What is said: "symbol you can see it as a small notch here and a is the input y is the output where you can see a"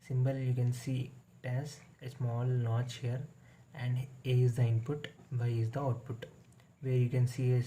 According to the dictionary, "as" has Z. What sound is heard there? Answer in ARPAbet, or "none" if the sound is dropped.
S